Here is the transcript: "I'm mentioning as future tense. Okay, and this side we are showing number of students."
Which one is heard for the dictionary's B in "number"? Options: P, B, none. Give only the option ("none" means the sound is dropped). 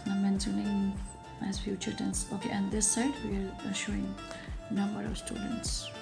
B